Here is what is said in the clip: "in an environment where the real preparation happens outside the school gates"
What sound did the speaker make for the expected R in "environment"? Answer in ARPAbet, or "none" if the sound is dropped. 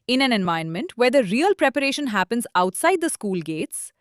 none